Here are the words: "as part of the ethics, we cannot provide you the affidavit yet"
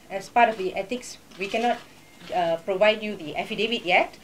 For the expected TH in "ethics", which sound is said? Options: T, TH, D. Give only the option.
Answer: T